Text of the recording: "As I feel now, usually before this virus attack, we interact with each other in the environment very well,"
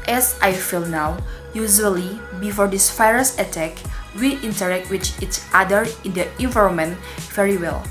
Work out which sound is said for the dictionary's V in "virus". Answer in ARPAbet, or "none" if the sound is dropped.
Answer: F